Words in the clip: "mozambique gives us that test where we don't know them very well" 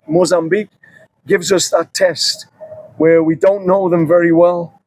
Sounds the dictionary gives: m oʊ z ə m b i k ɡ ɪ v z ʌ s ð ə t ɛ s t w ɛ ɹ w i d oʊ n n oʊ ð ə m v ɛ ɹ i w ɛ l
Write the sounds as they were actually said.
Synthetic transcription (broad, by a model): m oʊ z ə m b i k ɡ ɪ v z ʌ s ð ə t ɛ s t w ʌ ɹ w i d oʊ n n oʊ ð ə m v ɛ ɹ i w ɛ l